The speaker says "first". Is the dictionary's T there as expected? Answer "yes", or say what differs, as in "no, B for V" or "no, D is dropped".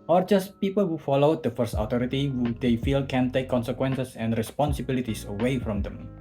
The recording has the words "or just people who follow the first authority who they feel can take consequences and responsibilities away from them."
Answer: yes